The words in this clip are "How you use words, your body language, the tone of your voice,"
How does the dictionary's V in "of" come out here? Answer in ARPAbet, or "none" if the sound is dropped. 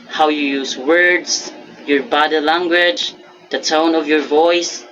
V